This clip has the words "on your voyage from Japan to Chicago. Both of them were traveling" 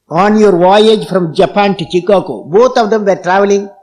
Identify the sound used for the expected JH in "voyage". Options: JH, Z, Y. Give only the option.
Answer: JH